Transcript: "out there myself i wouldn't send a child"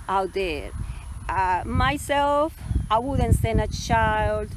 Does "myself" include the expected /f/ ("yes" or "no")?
yes